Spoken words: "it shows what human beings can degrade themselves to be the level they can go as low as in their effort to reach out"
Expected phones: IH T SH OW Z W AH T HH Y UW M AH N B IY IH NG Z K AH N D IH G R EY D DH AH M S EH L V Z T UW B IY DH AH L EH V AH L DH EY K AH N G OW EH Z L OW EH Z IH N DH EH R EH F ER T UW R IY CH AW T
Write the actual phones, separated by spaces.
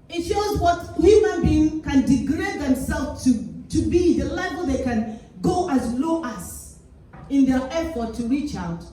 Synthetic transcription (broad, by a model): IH T SH OW Z W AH T HH Y UW M AH N B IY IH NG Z K AH N D IH G R EY D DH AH M S EH L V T T UW B IY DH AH L EH V AH L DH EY K AH N G OW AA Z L OW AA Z IH N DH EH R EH F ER T UW R IY CH AW T